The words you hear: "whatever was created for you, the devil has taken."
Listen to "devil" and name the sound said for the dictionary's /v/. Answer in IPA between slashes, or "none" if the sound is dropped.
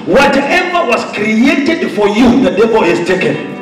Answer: /b/